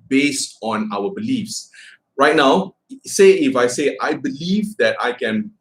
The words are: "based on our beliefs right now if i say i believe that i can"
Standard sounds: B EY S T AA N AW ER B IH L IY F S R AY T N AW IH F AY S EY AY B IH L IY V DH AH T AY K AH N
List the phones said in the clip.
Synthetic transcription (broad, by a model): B EY S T AA N AW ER B IH L IY F S R AY T N AW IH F AY S EY AY B IH L IY V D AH T AY K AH N